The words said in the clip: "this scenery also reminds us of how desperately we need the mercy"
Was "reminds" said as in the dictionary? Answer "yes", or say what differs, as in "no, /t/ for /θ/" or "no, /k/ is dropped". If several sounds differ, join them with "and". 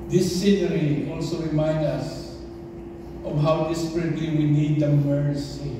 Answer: no, /z/ is dropped